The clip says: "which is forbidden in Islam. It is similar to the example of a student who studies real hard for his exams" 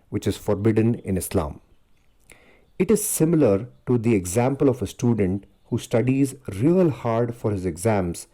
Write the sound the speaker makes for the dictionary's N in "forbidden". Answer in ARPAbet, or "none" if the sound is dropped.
N